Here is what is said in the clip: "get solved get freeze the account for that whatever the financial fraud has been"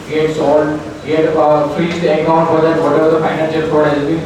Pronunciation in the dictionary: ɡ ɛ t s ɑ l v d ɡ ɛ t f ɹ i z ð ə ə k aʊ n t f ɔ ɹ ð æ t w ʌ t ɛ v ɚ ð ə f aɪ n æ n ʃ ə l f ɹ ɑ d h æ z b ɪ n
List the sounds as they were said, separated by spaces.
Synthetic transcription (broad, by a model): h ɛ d s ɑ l d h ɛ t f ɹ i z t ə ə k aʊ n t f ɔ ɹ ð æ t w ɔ t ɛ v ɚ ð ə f aɪ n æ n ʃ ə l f ɑ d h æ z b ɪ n